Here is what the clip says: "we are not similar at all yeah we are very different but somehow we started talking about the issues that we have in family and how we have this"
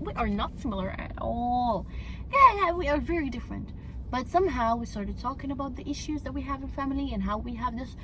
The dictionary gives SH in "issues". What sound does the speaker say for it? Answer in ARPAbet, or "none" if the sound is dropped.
SH